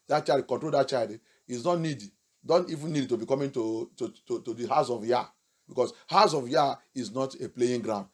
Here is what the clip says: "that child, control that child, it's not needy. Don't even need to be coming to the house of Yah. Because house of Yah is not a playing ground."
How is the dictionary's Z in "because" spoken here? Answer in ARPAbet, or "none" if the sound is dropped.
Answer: S